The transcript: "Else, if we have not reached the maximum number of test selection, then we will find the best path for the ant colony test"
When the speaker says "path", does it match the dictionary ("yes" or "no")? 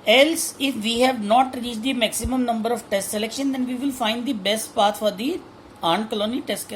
no